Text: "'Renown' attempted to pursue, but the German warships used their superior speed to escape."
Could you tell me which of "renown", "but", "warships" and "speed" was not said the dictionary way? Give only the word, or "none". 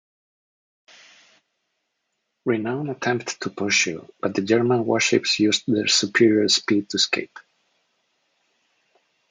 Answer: none